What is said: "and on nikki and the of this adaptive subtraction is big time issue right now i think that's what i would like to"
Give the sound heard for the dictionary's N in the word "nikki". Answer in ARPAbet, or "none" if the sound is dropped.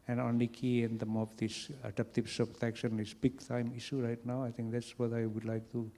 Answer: L